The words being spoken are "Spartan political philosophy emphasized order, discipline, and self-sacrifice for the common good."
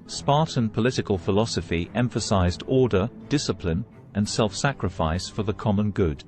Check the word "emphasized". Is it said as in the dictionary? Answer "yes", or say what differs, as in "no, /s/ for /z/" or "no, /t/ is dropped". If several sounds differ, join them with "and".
yes